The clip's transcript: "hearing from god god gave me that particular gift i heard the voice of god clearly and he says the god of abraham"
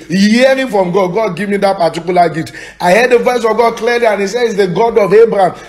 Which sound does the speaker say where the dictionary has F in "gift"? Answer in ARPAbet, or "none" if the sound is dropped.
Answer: none